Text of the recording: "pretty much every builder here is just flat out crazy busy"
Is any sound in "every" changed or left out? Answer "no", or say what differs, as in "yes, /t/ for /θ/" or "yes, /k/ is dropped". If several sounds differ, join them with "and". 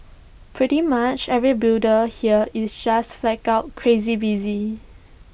no